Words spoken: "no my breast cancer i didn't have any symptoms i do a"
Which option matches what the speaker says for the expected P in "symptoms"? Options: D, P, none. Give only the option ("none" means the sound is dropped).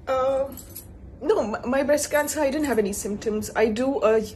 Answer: P